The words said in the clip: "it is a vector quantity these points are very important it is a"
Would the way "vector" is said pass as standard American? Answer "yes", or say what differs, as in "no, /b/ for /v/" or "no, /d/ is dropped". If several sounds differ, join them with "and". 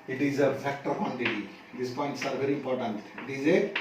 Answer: no, /f/ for /v/